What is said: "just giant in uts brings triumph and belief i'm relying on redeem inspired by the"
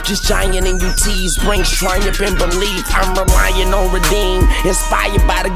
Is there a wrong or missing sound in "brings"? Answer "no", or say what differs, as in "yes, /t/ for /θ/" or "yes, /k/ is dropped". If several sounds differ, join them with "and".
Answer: yes, /s/ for /z/